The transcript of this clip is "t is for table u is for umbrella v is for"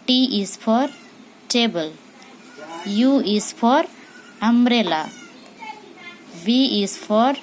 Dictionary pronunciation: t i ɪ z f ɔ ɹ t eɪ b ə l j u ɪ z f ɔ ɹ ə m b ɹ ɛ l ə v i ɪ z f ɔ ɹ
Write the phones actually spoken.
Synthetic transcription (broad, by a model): t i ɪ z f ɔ ɹ t eɪ b ə l j u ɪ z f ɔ ɹ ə m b ɹ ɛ l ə b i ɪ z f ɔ ɹ